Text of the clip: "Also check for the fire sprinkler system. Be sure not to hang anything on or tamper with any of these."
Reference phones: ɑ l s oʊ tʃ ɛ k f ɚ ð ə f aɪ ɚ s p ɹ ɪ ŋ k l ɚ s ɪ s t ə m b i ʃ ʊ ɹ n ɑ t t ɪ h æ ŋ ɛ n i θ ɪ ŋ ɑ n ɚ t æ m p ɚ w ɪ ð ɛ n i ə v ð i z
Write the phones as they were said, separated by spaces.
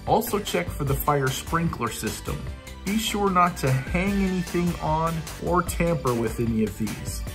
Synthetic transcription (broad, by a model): ɑ l s oʊ tʃ ɛ k f ɚ ð ə f aɪ ɚ s p ɹ ɪ ŋ k l ɚ s ɪ s t ə m b i ʃ ʊ ɹ n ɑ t t ɪ h æ ŋ ɛ n i θ ɪ ŋ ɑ n ɚ t æ m p ɚ w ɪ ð ɛ n i ə v ð i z